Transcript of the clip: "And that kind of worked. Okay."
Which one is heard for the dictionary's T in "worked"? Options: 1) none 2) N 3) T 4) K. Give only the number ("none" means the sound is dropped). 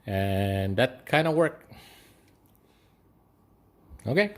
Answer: 1